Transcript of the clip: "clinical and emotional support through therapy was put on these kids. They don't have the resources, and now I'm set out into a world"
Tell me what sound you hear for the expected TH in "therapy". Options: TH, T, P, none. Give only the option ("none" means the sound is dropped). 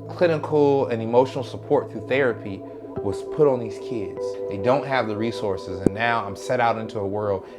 TH